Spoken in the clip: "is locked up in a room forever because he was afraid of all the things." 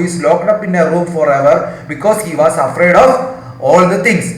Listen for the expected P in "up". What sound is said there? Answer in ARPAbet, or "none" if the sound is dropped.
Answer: P